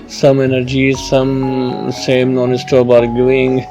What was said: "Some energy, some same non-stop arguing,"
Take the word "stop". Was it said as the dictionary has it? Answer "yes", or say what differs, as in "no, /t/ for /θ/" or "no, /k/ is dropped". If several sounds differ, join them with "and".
no, /b/ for /p/